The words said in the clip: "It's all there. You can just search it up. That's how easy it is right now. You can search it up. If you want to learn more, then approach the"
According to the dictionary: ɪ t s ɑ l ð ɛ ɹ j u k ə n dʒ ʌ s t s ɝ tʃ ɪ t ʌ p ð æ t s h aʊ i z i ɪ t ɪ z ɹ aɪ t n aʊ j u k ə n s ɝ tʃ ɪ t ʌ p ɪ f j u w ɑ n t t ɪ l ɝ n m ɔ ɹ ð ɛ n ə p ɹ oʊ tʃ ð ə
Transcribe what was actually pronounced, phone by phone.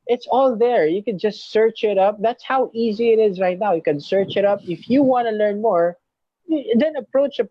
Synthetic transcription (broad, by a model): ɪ t s ɑ l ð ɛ ɹ j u k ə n dʒ ʌ s t s ɝ tʃ ɪ t ʌ p ð æ t s h aʊ i z i ɪ t ɪ z ɹ aɪ t n aʊ j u k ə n s ɝ tʃ ɪ t ʌ p ɪ f j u w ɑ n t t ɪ l ɝ n m ɔ ɹ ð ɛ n ə p ɹ oʊ tʃ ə